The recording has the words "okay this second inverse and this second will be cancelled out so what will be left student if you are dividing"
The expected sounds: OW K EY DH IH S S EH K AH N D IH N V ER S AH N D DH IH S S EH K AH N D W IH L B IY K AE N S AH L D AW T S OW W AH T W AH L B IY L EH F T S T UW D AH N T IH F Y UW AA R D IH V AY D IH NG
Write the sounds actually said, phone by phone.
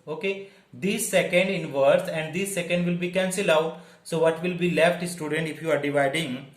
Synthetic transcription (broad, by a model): OW K EY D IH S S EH K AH N D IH N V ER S AH N D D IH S S EH K AH N D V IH L B IY K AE N S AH L AW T S OW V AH T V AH L B IY L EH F T S T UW D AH N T IH F Y UW AA R D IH V AY D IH NG